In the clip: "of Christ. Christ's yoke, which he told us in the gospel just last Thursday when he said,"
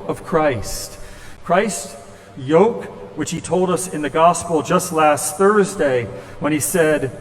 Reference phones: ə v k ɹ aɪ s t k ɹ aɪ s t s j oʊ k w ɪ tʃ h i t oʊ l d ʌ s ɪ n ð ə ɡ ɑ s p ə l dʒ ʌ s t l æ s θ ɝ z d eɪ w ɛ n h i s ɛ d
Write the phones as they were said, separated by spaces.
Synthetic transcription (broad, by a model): ə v k ɹ aɪ s t k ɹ aɪ s t j oʊ k w ɪ tʃ h i t oʊ l d ʌ s ɪ n ð ə ɡ ɑ s p l dʒ ʌ s t l æ s θ ɝ z d eɪ w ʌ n i s ɛ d